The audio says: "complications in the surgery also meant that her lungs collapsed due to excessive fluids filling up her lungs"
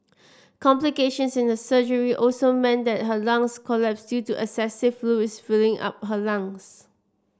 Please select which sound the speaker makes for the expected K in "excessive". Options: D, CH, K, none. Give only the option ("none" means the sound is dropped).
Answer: none